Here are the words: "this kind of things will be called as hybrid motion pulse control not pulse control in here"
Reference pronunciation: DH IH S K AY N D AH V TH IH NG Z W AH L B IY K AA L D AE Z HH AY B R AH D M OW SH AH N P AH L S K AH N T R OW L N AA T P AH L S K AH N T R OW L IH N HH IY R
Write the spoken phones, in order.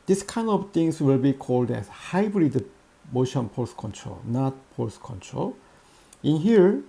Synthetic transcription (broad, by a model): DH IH S K AY N D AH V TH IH NG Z W AH L B IY K AA L D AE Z HH AY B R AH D M OW SH AH N P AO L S K AH N T R OW L N AA T P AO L S K AH N T R OW L IH N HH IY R